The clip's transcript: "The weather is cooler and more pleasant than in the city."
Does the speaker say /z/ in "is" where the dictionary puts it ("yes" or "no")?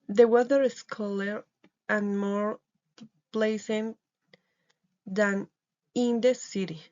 no